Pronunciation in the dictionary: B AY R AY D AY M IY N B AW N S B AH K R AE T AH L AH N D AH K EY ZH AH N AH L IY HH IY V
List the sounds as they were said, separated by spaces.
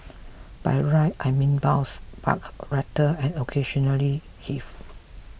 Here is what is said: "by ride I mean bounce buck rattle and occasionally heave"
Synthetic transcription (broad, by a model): B AY R AY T AY M IY N B AW S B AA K R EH T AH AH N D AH K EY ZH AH N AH L IY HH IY F